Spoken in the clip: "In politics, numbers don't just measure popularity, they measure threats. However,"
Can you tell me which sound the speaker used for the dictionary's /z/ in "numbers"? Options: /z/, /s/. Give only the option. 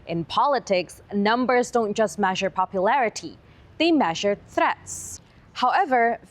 /z/